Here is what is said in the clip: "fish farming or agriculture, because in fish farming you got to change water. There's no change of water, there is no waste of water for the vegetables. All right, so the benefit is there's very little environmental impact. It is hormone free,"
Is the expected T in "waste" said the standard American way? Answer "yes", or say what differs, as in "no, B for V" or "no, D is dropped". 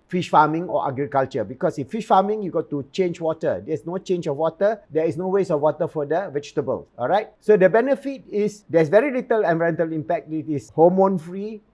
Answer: no, T is dropped